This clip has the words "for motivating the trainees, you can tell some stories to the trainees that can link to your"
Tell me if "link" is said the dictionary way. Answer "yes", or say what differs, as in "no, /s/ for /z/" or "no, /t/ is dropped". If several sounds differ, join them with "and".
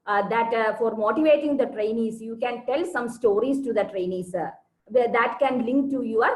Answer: yes